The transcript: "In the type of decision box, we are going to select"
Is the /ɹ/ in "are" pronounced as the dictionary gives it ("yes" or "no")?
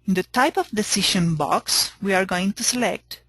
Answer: yes